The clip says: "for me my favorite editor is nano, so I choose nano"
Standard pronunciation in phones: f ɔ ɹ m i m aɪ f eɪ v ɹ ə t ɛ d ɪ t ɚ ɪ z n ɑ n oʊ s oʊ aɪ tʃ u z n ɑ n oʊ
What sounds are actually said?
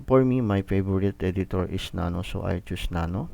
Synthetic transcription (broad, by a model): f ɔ ɹ m i m aɪ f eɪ b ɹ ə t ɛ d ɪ t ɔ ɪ s n ɑ n oʊ s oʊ aɪ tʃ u s n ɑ n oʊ